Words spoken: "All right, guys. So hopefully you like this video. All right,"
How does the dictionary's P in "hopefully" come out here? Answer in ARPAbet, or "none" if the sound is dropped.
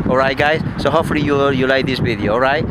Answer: none